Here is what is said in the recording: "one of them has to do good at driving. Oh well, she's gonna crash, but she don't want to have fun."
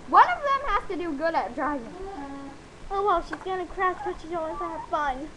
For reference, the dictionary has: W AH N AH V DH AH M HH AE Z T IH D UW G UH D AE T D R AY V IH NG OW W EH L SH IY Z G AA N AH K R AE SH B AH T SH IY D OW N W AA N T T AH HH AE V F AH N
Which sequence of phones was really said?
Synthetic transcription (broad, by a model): W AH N AH V DH AH M HH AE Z T IH D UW G UH D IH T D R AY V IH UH W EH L SH IY Z G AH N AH K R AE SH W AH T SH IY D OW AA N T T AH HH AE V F AH N